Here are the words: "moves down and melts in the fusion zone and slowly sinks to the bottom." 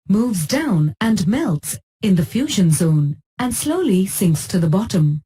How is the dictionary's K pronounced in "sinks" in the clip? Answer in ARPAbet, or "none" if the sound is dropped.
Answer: K